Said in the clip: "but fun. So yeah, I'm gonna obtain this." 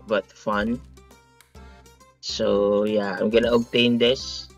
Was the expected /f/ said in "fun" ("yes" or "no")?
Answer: yes